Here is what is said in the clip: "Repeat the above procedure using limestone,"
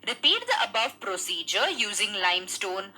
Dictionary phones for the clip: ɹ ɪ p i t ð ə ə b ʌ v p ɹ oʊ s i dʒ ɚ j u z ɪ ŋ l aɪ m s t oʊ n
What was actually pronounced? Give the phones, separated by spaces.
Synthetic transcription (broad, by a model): ɹ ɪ p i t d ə ə b ʌ v p ɹ oʊ s i dʒ ɚ j u z ɪ ŋ l aɪ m s t oʊ n